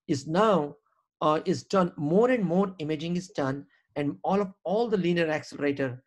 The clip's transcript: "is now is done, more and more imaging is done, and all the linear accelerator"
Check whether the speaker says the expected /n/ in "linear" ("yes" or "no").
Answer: no